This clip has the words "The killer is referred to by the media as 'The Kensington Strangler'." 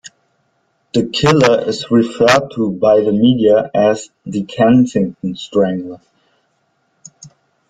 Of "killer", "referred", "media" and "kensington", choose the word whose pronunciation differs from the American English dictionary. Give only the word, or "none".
kensington